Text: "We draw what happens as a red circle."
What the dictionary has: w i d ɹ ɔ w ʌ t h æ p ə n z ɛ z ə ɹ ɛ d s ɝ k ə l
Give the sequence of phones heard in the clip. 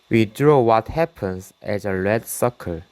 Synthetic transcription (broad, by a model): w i d ɹ ɔ w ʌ t h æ p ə n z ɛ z ə l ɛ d s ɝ k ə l